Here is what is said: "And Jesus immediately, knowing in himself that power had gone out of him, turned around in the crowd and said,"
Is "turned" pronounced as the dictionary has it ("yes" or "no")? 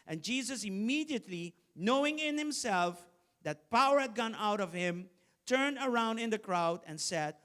yes